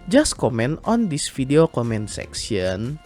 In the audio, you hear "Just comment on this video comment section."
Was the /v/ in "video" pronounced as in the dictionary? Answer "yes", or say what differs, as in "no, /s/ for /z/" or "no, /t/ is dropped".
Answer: no, /f/ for /v/